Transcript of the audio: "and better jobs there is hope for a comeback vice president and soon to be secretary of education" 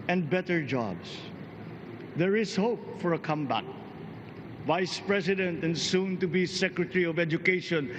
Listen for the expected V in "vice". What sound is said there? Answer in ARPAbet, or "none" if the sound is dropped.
V